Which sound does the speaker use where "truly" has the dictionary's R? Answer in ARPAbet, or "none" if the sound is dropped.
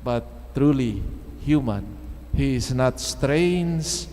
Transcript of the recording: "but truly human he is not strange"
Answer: R